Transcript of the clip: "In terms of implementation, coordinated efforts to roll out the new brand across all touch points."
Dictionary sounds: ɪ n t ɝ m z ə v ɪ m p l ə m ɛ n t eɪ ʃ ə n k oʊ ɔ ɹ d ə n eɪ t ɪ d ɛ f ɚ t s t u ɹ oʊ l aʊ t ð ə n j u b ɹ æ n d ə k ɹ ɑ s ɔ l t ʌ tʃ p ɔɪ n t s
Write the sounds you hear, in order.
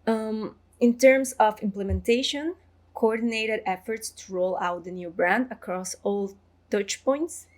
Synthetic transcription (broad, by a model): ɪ n t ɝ m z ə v ɪ m p l ə m ɛ n t eɪ ʃ ə n k oʊ ɔ ɹ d n eɪ t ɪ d ɛ f ɚ t s t u ɹ oʊ l aʊ t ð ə n j u b ɹ æ n d ə k ɹ ɑ s ɔ l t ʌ tʃ p ɔɪ n t s